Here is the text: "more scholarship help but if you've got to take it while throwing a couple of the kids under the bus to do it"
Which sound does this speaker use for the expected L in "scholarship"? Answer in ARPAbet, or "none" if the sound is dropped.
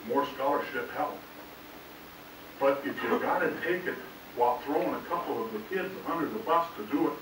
L